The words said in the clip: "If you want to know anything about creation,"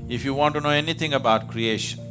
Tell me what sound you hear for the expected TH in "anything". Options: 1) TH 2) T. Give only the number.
2